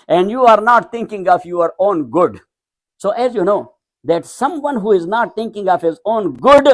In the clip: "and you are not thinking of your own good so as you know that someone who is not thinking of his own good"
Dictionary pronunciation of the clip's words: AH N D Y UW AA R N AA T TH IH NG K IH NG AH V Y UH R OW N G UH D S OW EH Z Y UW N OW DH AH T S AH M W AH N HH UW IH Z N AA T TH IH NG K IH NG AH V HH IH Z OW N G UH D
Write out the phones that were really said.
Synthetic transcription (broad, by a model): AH N D Y UW AA R N AA T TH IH NG K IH NG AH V Y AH R OW N G UH D S OW EH Z Y UW N OW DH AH T S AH M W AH N HH UW IH Z N AA T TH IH NG K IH NG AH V HH IH Z OW N G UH D